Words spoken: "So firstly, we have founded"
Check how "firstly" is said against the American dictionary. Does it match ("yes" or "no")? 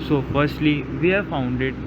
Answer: yes